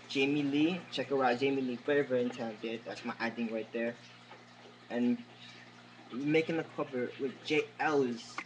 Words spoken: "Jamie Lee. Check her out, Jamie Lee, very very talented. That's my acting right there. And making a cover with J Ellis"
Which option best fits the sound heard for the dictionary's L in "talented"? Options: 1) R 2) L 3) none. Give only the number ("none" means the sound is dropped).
3